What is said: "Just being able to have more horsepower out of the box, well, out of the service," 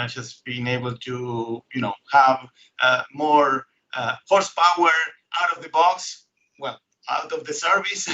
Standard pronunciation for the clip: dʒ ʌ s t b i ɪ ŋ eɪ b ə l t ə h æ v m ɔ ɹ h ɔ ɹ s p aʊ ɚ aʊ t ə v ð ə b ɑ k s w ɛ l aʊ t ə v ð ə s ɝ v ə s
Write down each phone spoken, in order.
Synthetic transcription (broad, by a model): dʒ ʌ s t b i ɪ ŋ eɪ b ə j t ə h æ v m ɔ ɹ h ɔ ɹ s p aʊ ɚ aʊ t ə v ð ə b ɑ k s w ɛ l aʊ t ə v ð ə s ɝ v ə s